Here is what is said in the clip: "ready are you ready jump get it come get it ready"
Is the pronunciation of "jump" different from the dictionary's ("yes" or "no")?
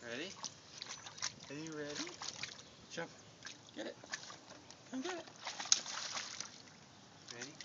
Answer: yes